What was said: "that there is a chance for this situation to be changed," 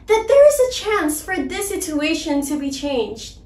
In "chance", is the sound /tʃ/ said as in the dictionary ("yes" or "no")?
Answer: yes